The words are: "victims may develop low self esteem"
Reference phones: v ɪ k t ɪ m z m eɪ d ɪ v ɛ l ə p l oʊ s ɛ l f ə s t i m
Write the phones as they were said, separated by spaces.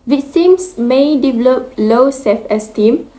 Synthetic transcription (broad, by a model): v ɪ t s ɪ m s m eɪ d ɪ v ɛ l ə p l oʊ s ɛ f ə s t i m